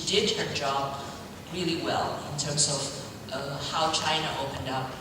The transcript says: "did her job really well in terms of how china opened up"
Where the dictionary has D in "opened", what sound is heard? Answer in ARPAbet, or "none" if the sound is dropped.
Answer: D